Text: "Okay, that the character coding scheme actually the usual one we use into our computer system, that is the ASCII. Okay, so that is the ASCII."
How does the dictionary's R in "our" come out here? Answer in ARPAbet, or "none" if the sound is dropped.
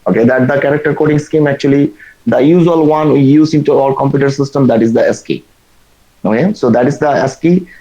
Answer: L